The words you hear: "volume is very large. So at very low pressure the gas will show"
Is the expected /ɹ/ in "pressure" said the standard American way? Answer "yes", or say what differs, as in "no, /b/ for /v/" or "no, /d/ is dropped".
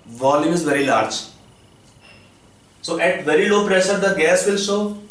yes